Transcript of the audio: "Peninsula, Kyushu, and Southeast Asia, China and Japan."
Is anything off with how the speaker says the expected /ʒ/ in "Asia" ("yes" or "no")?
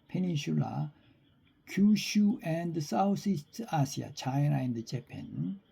yes